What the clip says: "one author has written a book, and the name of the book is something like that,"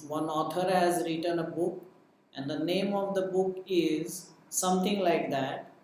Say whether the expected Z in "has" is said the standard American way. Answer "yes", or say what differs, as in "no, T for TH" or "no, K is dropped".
yes